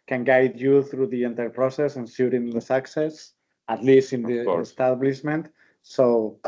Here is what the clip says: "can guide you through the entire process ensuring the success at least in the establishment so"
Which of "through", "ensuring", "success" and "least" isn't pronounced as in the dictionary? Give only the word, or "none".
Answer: ensuring